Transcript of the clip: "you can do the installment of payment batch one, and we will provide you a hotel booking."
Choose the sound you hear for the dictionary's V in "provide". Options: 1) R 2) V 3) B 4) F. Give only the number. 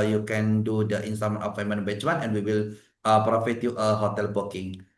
4